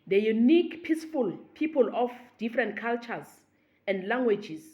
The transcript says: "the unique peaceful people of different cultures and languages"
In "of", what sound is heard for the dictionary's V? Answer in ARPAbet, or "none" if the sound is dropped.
F